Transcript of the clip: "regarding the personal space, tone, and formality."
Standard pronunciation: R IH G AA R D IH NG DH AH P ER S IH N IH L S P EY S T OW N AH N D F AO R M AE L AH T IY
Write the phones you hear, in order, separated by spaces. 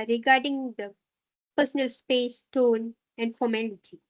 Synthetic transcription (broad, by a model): R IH G AA R D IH NG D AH P ER S IH N IH L S P EY S T OW N AH N D F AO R M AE L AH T IY